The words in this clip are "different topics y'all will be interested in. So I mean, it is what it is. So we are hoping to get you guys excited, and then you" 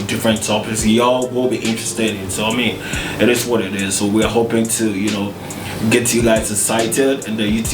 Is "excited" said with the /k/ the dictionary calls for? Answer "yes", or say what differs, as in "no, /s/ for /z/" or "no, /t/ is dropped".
no, /k/ is dropped